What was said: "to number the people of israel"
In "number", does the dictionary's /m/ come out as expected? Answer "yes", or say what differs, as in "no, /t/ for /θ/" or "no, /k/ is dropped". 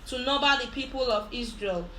no, /m/ is dropped